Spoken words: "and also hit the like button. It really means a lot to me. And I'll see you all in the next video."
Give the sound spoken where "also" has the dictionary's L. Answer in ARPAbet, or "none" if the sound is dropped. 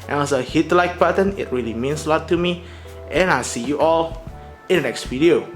none